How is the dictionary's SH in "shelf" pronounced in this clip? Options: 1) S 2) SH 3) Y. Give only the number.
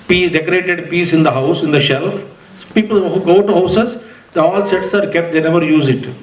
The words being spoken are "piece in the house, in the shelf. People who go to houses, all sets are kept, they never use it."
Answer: 2